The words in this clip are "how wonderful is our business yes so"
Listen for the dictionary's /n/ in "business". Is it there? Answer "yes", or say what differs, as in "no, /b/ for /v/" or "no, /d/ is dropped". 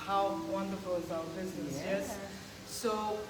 no, /n/ is dropped